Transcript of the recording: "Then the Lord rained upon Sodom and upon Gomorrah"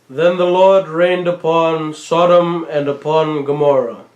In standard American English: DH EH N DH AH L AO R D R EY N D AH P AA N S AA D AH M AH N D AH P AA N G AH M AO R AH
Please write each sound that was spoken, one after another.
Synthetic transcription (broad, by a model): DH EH N DH AH L AO R D R EY N D AH P AA N S AA D AH M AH N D AH P AA N G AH M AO R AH